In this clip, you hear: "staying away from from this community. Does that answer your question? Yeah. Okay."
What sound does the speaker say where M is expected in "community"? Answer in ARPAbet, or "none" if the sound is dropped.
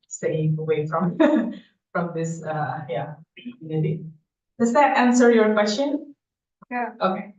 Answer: none